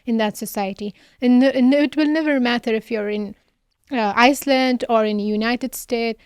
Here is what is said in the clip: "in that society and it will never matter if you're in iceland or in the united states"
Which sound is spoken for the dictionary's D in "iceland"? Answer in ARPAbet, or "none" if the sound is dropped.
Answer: D